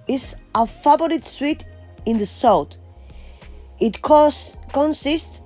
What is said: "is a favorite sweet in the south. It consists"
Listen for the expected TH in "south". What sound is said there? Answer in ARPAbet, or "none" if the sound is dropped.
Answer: T